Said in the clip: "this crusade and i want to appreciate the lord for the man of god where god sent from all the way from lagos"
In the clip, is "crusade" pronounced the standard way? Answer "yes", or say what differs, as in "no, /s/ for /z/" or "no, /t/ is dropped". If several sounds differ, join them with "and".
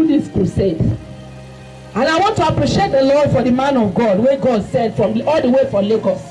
no, /ɹ/ is dropped